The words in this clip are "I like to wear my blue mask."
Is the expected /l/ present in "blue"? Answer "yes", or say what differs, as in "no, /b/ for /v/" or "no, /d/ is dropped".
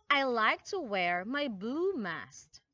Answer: no, /l/ is dropped